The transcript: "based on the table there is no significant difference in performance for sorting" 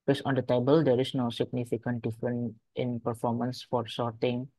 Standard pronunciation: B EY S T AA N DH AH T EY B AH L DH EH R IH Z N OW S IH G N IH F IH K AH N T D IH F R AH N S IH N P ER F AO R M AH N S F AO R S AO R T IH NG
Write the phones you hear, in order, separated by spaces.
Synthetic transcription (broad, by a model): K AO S AA N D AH T EY B AH L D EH R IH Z N OW S IH G N IH F IH K AH N T D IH F R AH N IH N P ER F AO R M AH N S F AO R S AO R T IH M